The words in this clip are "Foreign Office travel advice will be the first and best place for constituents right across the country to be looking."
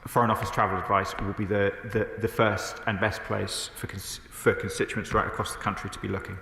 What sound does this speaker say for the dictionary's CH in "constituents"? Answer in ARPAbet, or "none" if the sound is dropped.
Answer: CH